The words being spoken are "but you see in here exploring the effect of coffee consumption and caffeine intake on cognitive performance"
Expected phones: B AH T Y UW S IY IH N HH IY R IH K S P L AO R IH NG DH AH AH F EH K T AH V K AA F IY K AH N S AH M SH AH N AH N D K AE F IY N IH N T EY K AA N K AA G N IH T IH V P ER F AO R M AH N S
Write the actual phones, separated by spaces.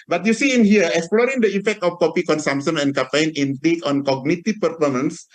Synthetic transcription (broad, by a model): B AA T Y UW S IY IH N HH IY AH IH K S P L AO R IH NG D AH AH F EH K T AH F K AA P IY K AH N S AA M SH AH N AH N K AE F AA N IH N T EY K AA N K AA G N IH T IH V P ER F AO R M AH N S